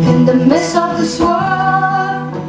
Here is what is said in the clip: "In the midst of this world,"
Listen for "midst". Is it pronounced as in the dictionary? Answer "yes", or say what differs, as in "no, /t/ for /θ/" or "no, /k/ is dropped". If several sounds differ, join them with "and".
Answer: no, /t/ is dropped